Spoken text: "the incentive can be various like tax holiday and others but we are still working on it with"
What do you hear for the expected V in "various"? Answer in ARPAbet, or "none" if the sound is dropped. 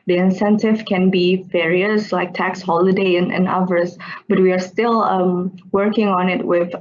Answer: F